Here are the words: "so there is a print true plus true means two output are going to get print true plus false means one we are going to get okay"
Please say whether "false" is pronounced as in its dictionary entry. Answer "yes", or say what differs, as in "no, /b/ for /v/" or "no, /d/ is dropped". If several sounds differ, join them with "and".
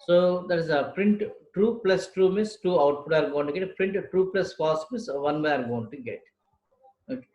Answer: no, /l/ is dropped